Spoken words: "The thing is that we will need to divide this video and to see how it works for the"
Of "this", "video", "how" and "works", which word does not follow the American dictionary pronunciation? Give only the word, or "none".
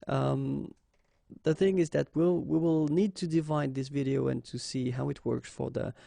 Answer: none